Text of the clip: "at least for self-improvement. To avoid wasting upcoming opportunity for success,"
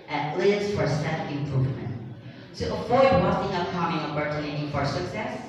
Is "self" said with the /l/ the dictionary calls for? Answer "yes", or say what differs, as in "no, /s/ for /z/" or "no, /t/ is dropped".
no, /l/ is dropped